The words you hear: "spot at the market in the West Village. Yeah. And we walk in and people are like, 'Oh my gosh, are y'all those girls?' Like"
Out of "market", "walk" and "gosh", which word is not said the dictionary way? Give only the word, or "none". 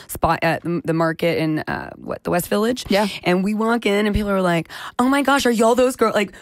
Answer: none